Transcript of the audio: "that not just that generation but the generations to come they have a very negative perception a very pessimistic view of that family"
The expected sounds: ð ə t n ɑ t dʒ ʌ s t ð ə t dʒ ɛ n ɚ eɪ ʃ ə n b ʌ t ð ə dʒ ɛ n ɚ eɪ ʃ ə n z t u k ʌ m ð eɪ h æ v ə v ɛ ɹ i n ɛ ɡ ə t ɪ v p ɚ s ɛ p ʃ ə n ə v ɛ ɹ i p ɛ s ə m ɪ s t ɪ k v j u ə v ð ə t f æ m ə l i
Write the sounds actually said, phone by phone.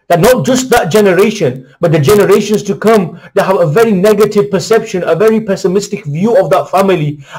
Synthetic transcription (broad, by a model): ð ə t n ɑ t dʒ ʌ s t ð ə t dʒ ɛ n ɚ eɪ ʃ ə n b ʌ t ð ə dʒ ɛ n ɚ eɪ ʃ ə n s t u k ʌ m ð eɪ h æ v ə v ɛ ɹ i n ɛ ɡ ə t ɪ v p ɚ s ɛ p ʃ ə n ə v ɛ ɹ i p ɛ s ə m ɪ s t ɪ k v j u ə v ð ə t f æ m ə l i